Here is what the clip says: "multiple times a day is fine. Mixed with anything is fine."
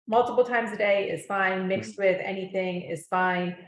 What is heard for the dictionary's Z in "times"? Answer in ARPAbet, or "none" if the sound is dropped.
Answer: Z